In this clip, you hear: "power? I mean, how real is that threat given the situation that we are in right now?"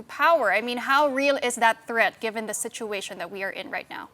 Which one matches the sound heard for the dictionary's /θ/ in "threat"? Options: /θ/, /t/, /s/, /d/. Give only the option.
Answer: /θ/